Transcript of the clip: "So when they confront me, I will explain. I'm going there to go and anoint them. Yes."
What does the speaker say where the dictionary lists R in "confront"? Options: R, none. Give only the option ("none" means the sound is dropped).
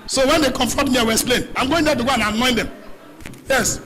none